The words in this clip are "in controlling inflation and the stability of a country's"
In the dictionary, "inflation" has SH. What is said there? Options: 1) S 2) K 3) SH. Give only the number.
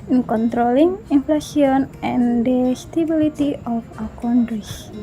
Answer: 1